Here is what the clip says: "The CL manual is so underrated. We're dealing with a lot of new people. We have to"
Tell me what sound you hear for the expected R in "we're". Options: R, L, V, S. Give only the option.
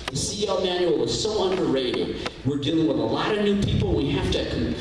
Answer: R